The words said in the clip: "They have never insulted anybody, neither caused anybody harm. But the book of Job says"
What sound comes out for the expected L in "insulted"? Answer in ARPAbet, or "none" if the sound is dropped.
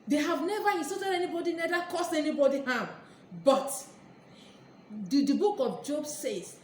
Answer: none